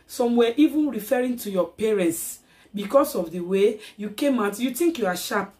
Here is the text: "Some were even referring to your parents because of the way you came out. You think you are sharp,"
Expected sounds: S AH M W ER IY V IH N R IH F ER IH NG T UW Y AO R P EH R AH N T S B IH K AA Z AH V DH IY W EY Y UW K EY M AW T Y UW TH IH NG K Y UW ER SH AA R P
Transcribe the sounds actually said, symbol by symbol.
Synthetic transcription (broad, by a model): S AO M W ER IY V IH N R IH F ER IH NG T UW Y AO P EH R AH N T S B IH K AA S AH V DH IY W EY Y UW K EY M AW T Y UW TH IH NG K Y UW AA SH AA P